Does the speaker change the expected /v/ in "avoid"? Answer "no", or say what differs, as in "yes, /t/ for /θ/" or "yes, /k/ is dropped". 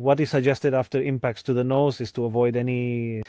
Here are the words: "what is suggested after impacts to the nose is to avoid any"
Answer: no